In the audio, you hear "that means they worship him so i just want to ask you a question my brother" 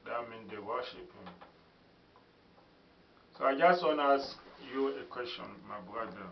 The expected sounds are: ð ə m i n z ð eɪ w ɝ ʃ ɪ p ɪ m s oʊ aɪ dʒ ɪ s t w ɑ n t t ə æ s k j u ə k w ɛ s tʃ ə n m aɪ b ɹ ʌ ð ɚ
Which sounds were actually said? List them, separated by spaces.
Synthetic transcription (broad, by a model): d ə m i n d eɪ w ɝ ʃ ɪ p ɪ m s oʊ aɪ dʒ ɪ s t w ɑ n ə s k j u ə k w ɛ s tʃ ə n m aɪ b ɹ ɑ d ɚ